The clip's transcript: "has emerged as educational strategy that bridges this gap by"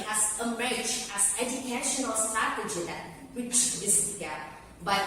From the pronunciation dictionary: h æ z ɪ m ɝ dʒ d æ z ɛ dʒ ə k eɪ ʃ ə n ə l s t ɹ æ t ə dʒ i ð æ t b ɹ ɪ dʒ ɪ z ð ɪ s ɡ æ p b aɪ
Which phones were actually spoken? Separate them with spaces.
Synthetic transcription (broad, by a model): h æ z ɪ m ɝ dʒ æ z ɛ dʒ ə k eɪ ʃ ə n ə l s t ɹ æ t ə dʒ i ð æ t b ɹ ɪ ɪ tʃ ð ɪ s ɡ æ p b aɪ